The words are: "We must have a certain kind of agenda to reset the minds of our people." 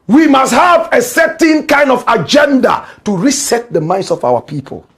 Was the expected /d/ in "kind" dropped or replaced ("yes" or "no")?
no